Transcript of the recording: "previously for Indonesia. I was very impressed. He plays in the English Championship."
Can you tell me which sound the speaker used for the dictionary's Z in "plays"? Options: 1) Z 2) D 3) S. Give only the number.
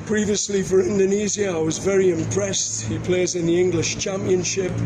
1